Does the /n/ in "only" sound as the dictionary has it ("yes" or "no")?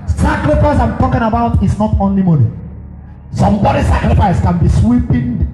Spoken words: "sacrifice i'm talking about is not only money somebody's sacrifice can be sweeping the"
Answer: yes